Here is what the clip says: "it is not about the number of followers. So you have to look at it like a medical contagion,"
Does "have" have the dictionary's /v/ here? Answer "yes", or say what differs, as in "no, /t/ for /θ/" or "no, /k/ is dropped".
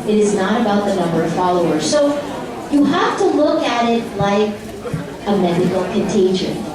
no, /f/ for /v/